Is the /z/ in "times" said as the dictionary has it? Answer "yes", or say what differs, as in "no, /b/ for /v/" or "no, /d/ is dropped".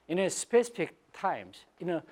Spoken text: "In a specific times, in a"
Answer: no, /s/ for /z/